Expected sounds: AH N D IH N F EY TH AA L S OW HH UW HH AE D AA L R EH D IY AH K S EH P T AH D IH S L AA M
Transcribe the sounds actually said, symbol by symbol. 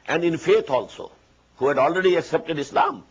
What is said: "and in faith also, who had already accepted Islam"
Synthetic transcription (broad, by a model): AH N D IH N F EY T AA L S OW HH UW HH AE D AA L R EH D IY AH K S EH P T AH D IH S L AA M